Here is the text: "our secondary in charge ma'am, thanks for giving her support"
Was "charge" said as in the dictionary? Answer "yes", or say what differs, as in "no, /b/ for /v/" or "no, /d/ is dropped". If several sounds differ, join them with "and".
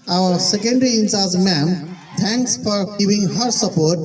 no, /s/ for /tʃ/